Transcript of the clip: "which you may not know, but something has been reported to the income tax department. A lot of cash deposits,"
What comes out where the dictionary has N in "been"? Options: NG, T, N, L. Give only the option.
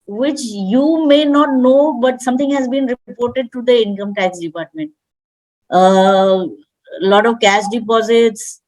N